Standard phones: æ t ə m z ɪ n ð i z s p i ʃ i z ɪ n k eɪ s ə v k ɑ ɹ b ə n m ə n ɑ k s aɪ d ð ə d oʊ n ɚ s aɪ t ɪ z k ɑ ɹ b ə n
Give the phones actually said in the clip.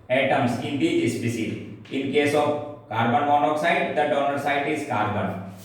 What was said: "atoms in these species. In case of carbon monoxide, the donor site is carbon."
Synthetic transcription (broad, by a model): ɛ t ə m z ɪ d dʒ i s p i s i ɪ n k eɪ s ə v k ɑ ɹ b ə n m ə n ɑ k s aɪ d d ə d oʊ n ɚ s aɪ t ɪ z k ɑ ɹ b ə n